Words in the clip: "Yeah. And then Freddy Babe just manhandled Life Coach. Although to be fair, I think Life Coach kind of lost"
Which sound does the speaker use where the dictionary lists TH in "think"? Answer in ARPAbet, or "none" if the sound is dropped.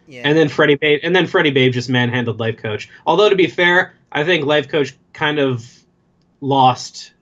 TH